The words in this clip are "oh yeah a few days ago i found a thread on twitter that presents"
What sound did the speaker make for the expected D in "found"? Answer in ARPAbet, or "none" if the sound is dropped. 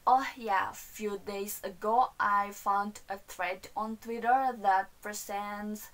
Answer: D